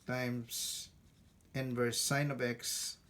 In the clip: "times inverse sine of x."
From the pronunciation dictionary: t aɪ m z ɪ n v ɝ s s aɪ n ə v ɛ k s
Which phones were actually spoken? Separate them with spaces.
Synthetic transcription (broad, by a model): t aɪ m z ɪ n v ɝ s s aɪ n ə b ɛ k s